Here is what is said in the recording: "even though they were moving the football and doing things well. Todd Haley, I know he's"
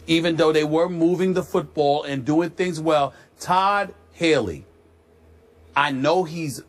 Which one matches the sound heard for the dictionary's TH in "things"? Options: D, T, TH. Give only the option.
TH